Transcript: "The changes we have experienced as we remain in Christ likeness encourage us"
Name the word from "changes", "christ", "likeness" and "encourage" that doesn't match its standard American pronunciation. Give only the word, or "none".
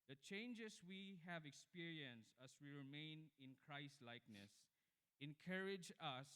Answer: changes